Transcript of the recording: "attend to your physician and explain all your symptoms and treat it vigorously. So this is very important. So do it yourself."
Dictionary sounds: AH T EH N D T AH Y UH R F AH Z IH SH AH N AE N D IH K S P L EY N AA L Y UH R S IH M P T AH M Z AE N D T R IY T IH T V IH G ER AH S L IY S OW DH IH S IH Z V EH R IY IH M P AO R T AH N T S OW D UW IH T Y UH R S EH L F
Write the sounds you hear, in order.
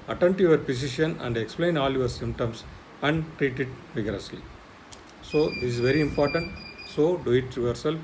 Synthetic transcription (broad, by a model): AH T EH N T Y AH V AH R P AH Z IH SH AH N AE N D IH K S P L EY N AA L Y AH R S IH M P T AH M S AE N D T R IY T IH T V IH G ER AH S L IY S OW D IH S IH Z V EH R IY IH M P AO R T AH N T S OW D UW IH T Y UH R S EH L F